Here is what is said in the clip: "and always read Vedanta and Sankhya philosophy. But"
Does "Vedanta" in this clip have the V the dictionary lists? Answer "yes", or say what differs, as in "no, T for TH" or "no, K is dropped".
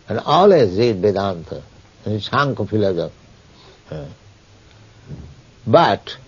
no, B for V